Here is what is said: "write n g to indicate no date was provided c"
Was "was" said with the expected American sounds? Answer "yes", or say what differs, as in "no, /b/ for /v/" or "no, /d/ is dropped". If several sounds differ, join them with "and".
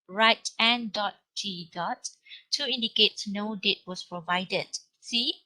no, /s/ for /z/